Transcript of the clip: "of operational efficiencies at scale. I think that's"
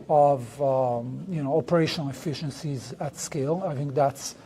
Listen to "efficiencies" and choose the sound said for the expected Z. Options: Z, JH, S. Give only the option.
Z